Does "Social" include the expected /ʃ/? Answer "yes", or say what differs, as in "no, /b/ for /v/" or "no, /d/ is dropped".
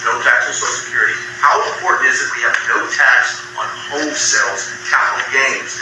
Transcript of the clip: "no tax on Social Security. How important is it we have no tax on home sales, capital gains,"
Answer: no, /ʃ/ is dropped